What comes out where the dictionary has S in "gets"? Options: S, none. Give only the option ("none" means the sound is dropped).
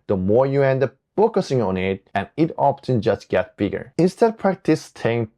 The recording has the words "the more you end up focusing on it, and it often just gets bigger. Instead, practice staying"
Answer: none